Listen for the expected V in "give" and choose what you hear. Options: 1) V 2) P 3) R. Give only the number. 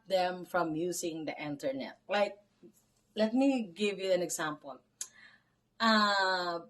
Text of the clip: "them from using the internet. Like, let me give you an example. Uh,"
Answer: 1